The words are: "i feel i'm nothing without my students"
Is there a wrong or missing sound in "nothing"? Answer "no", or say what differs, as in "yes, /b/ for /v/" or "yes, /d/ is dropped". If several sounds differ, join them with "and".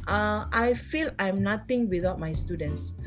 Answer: yes, /t/ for /θ/